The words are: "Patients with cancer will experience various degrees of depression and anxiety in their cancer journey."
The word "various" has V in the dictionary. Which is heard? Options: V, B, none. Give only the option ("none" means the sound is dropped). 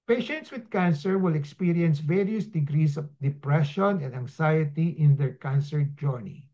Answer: V